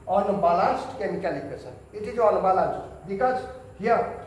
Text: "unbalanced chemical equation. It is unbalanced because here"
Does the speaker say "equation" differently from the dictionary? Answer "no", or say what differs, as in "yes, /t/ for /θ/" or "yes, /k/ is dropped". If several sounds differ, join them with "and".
yes, /s/ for /ʒ/ and /n/ is dropped